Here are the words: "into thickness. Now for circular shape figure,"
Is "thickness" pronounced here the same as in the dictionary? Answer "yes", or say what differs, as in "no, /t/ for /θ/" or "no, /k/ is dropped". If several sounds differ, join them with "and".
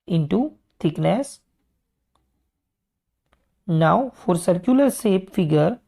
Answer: no, /t/ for /θ/